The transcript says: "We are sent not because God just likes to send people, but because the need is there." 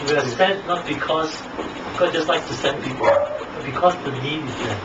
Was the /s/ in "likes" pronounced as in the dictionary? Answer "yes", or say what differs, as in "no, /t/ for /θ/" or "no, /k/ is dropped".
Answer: no, /s/ is dropped